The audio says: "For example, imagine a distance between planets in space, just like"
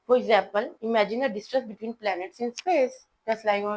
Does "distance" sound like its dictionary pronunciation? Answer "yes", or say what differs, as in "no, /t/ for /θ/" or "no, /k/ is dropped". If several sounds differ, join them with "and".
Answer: no, /n/ is dropped